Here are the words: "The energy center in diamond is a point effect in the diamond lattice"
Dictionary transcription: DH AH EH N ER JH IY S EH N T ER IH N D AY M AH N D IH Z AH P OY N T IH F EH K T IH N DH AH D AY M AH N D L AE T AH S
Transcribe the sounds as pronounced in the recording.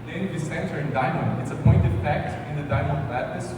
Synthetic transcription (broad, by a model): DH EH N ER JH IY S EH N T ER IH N D AY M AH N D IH S AH P OY N T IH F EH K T IH N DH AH D AY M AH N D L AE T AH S